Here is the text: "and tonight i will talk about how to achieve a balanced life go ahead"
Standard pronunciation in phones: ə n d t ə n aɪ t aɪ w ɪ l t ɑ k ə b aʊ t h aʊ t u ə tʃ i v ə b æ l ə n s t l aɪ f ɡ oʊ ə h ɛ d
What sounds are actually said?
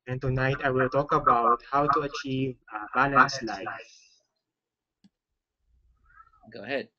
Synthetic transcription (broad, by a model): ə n t ə n aɪ t aɪ w ɪ l t ɑ k ə b aʊ t h aʊ t u ə tʃ i v ə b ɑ l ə n s l aɪ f ɡ oʊ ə h ɛ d